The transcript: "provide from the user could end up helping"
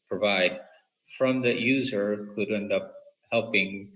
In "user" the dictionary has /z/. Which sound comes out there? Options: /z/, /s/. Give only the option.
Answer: /z/